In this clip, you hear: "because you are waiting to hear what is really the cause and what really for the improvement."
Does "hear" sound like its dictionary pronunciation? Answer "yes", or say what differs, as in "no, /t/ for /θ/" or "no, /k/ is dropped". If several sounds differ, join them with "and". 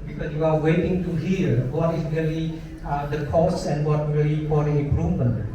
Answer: no, /l/ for /ɹ/